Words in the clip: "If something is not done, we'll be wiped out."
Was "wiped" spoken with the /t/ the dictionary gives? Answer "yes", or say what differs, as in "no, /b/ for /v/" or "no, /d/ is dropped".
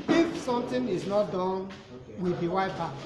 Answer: no, /t/ is dropped